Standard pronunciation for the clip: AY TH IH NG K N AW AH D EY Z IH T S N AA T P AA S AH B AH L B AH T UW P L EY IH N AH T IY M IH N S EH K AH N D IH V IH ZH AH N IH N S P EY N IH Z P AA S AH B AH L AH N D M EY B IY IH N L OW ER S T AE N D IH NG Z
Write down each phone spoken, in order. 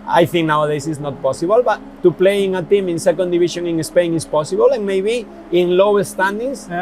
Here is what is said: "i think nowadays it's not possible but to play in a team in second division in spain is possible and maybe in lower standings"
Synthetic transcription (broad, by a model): AY TH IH NG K N AW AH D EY S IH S N AA T P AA S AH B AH L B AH T UW P L EY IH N AH T IY M IH N S EH K AH N D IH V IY SH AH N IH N S P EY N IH S P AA S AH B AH L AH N M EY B IY IH N L OW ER S T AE N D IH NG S